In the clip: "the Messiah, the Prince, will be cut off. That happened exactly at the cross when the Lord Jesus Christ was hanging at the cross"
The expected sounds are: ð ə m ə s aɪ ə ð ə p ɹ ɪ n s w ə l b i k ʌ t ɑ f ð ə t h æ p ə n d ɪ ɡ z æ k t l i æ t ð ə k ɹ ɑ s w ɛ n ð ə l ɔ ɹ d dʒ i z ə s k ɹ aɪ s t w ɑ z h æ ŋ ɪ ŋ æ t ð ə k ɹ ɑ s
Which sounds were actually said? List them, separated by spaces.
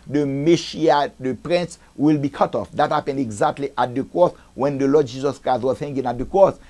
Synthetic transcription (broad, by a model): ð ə m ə ʃ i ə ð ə p ɹ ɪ n s w ə l b i k ʌ t ɑ f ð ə t h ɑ p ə n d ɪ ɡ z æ k t l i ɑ t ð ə k ɹ ɑ s w ɛ n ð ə l ɔ d dʒ i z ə s k ɹ aɪ s t w ɑ z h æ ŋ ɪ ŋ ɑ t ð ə k ɹ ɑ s